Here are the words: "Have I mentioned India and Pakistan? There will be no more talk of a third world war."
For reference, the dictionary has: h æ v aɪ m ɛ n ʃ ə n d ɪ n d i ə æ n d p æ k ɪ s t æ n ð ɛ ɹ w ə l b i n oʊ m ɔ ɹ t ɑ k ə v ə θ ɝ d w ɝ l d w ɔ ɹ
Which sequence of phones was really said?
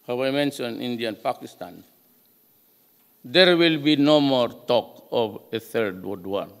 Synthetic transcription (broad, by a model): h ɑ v aɪ m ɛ n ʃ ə n i n d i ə n p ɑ k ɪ s t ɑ n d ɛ ɹ w ə l b i n oʊ m ɔ ɹ t ɑ k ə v ə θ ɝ d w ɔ d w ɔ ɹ